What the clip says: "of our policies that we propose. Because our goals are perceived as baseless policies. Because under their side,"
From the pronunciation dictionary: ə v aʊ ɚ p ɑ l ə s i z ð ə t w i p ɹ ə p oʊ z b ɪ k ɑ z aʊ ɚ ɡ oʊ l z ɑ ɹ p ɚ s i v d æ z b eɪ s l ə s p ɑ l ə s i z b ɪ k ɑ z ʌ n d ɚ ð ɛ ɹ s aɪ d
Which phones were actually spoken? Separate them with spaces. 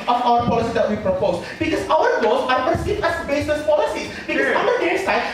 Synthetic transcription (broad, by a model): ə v aʊ ɚ p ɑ l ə s i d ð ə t w i p ɹ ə p oʊ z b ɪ k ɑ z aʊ ɚ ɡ oʊ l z ɑ ɹ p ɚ s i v æ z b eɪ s ə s p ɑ l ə s i b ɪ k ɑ ʌ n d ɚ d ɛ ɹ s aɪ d